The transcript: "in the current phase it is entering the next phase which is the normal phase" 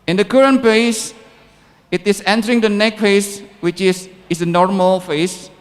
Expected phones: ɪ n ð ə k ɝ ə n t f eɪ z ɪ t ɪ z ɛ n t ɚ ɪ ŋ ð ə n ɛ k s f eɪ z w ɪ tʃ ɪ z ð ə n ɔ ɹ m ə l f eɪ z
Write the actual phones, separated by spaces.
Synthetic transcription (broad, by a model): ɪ n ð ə k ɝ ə n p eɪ s ɪ t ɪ s ɛ n t ɚ ɪ ŋ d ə n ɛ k f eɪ s w ɪ tʃ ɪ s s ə n ɔ ɹ m ə l f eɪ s